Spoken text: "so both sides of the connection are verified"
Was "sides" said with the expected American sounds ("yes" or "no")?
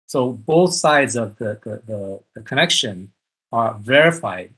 yes